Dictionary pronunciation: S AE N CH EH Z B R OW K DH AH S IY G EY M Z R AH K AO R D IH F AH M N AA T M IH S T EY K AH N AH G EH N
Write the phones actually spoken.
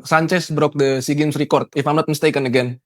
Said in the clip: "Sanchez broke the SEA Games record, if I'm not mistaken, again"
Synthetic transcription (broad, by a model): S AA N CH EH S B R OW K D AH S IY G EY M S R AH K AO R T IH F AH M L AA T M S T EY K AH N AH G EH N